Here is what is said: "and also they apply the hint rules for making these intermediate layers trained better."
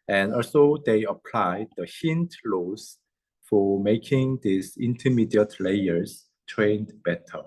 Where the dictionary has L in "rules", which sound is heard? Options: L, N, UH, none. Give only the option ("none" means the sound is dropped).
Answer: none